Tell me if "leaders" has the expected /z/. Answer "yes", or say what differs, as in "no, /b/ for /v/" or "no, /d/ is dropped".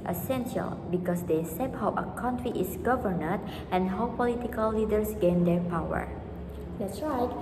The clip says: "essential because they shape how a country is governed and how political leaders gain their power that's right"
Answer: no, /s/ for /z/